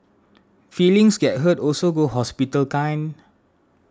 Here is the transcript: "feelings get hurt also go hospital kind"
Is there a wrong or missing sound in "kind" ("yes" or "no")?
yes